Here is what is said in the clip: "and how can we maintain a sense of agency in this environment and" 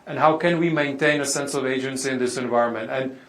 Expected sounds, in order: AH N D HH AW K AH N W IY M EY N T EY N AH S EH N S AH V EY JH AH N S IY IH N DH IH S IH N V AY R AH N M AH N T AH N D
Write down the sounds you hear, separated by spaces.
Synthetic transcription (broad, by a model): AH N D HH AW K AH N W IY M EY N T EY N AH S EH N S AH V EY JH AH N S IY IH N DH IH S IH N V AY R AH N M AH N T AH N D